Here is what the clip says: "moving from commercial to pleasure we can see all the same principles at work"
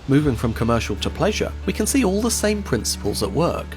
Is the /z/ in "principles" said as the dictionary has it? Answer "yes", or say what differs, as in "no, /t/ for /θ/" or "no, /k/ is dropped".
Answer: yes